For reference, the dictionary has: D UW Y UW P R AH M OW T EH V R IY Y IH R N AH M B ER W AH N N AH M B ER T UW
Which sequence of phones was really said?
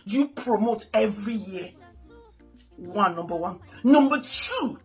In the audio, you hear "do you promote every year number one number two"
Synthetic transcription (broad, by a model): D Y UW P R AH M OW T EH V R IY Y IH W N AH M B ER W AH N N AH M B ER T UW